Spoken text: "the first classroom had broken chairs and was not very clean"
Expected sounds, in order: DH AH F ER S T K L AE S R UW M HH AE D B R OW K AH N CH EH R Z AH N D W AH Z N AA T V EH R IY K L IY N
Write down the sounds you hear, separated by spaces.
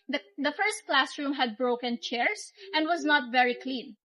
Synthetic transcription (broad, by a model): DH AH F ER S T K L AE S R UW M HH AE D B R OW K AH N CH EH R S AH N D W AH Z N AA T V EH R IY K L IY N